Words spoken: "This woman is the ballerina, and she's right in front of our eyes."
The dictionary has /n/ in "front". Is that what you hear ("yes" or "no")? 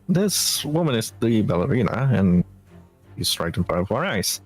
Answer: no